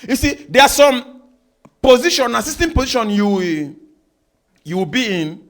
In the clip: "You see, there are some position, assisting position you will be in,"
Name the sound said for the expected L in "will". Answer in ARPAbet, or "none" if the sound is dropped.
W